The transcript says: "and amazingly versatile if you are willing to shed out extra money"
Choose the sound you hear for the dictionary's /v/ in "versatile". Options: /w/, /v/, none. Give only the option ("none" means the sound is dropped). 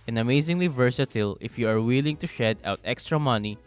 /v/